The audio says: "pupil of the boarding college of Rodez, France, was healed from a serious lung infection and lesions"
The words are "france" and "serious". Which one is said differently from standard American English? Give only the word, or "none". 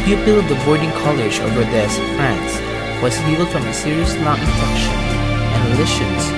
none